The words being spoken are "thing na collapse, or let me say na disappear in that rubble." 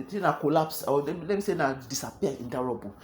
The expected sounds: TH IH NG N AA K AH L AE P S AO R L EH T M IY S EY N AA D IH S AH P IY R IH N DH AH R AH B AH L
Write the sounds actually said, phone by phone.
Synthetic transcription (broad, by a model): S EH N AA K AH L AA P S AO L L EH T M IY S EY N AA D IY S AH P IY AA IH N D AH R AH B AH